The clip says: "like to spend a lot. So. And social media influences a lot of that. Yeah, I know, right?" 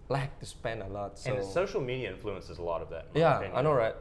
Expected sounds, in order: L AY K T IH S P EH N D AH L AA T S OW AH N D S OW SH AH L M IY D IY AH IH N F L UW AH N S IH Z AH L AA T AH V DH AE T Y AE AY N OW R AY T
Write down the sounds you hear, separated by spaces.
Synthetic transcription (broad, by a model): L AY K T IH S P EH N AH L AA T S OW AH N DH S OW SH L M IY D IY AH IH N F L UW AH N S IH Z AH L AA T AH V DH AE T Y AE AY N OW R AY T